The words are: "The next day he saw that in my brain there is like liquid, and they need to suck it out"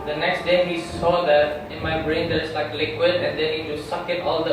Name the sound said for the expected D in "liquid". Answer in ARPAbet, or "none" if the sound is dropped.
D